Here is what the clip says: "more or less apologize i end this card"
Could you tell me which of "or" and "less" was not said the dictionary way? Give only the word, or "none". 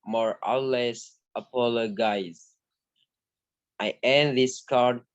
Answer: or